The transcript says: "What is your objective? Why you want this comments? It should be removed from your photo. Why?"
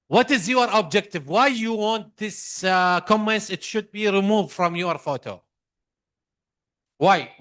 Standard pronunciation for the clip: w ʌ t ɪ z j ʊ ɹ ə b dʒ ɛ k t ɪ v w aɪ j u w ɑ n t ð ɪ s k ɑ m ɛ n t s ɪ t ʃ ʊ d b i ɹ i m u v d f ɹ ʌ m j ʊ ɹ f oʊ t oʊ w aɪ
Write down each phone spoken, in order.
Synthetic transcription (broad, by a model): w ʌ t ɪ z j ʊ ɹ ə b dʒ ɛ k t ɪ v w aɪ j u w ɑ n t ð ɪ s k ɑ m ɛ n s ɪ t ʃ ʊ d b i ɹ i m u v d f ɹ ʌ m j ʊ ɹ f oʊ t oʊ w aɪ